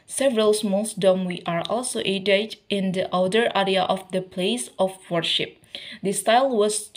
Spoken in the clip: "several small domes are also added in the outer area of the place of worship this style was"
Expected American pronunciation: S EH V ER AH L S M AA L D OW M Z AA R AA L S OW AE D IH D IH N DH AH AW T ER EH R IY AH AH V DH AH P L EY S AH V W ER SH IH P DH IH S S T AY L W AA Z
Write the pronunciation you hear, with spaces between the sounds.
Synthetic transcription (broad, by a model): S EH V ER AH L S M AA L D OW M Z AA R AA L S OW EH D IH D IH N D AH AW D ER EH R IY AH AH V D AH P L EY S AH F W ER SH IH P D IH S S T AY L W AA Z